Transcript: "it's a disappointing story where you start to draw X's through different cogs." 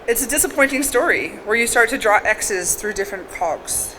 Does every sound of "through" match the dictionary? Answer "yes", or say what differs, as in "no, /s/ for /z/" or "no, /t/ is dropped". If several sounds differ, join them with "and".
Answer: yes